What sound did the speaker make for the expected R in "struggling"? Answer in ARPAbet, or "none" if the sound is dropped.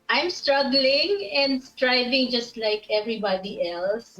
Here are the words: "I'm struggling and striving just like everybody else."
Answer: R